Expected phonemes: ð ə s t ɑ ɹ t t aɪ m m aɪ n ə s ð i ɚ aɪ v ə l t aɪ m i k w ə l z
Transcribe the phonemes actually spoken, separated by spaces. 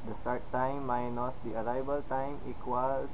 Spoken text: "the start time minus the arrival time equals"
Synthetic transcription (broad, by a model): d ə s t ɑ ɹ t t aɪ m m aɪ n ə s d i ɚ aɪ b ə l t aɪ m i k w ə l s